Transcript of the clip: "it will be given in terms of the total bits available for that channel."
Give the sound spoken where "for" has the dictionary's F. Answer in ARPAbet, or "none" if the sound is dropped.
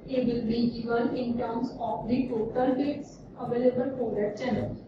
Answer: P